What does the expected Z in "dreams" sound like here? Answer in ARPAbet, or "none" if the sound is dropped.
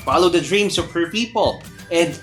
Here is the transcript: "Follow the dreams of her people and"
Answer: S